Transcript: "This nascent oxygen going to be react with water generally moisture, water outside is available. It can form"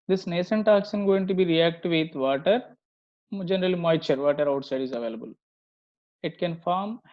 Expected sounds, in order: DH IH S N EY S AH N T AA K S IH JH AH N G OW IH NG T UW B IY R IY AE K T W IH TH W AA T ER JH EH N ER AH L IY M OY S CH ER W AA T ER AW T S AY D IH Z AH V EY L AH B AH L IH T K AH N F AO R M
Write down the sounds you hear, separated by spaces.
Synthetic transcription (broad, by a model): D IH S N EY S AH N T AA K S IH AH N G OW IH NG T UW B IY R IY AE K T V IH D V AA T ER JH EH N ER AH L IY M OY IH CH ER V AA T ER AW T S AY D IH Z AH V EY L AH B AH L IH T K AH N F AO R M